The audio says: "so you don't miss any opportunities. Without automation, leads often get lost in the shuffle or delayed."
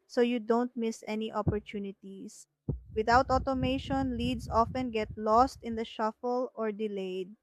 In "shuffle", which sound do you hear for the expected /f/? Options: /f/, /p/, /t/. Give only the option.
/f/